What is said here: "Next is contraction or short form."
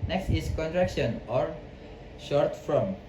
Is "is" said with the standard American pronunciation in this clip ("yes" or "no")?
no